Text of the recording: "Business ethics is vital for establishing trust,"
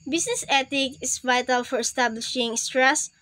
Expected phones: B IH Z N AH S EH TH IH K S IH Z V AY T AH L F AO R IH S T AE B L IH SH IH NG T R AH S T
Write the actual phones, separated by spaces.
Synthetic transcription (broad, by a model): B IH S N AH S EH T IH K IH S V AY T AH L F AO R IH S T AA B L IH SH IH NG T R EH S